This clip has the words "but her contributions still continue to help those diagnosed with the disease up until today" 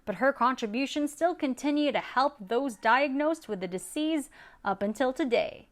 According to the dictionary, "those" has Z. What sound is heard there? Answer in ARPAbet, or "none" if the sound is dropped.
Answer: Z